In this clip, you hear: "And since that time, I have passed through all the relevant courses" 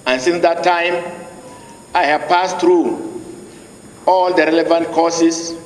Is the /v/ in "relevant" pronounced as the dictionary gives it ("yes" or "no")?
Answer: yes